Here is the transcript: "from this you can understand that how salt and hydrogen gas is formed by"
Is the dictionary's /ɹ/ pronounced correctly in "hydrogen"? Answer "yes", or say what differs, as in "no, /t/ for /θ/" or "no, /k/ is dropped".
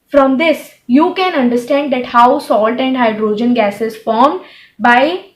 yes